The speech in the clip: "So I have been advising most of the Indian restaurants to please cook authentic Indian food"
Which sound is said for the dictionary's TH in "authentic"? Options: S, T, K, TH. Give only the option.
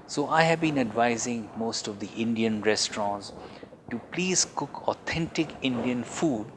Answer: T